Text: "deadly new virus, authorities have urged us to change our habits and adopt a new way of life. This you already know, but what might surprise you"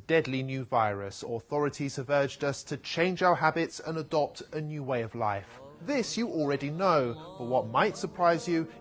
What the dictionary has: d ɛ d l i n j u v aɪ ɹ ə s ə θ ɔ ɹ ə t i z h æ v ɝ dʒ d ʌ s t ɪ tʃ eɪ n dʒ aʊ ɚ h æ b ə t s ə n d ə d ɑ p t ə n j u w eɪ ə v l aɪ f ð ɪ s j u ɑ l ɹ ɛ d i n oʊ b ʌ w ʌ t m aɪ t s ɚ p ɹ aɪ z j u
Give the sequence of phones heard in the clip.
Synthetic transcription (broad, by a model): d ɛ d l i n j u v aɪ ɹ ə s ə θ ɔ ɹ ə t i z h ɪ v ɝ dʒ d ʌ s t ɪ tʃ eɪ n dʒ aʊ ɚ h æ b ə t s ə n ə d ɑ p t ə n j u w eɪ ə v l aɪ f ð ɪ s j ɑ l ɹ ɛ d i n oʊ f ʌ w ʌ t m aɪ t s ɚ p ɹ aɪ z j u